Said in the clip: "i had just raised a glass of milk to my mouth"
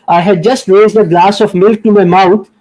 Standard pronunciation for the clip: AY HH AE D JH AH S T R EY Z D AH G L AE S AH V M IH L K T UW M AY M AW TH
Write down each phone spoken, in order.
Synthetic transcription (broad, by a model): AY HH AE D JH AH S T R EY Z D AH G L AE S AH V M IH L K T UW M AY M AW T